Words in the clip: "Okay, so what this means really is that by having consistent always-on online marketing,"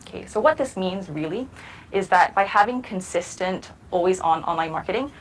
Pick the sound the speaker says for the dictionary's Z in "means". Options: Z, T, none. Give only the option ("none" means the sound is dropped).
Z